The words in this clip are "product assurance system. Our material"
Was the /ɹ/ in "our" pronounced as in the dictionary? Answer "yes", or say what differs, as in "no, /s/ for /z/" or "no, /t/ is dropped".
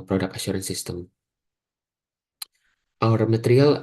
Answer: yes